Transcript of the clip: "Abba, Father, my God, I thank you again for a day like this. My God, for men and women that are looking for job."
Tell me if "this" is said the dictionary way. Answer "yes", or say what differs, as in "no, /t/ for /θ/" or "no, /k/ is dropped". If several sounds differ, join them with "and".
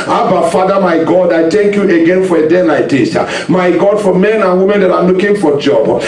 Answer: no, /s/ is dropped